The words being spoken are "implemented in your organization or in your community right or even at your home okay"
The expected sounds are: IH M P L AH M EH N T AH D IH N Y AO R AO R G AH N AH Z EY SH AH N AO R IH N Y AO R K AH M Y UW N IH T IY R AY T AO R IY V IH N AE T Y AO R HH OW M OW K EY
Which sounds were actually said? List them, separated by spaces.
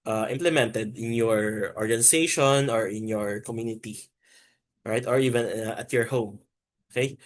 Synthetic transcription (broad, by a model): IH M P L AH M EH N T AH D IH N Y AO R AO R G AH N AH S EY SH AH N AO R IH N Y AO R K AH M Y UW N IH T IY R AY T AO R IY V IH N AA T Y AO R HH OW M OW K EY